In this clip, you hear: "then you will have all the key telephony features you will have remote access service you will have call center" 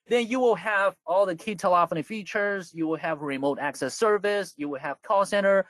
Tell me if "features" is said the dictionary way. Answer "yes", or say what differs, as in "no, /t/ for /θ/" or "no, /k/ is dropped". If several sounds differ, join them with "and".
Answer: yes